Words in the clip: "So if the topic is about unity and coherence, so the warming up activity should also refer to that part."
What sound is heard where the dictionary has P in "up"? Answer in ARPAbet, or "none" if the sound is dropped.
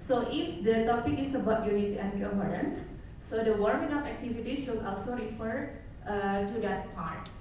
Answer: F